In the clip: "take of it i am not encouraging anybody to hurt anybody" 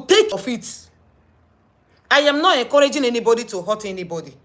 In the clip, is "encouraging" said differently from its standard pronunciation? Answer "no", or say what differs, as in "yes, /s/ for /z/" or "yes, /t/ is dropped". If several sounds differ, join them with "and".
yes, /n/ is dropped